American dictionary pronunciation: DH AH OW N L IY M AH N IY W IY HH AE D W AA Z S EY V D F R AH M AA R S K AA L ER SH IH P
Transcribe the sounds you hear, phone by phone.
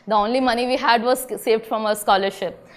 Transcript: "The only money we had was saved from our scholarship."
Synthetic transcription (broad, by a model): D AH OW N L IY M AH N IY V IY HH AE D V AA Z S EY V D F R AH M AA S K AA L ER SH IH P